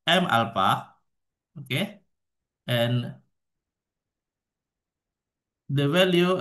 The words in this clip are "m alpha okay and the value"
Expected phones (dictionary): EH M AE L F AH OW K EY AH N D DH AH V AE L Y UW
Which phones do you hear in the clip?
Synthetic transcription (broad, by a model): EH M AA L P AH OW K EY AH N D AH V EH L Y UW